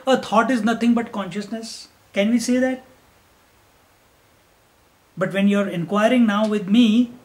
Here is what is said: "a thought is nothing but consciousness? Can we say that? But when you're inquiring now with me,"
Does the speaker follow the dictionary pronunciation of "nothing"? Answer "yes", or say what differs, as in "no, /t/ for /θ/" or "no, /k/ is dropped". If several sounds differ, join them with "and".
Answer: no, /t/ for /θ/